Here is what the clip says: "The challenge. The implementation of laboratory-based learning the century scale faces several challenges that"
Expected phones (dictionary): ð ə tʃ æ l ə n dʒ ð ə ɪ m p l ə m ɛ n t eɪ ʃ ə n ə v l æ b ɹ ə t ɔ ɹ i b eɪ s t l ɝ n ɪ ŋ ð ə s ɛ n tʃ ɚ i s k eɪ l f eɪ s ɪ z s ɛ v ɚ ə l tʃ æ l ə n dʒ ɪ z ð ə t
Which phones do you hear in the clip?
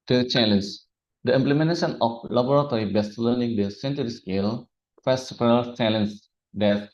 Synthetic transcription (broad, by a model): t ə tʃ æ l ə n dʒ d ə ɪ m p l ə m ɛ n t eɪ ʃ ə n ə f l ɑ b ɹ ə t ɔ ɹ i b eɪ s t l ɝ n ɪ ŋ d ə s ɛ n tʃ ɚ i s k eɪ l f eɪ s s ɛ p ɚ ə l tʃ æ l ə n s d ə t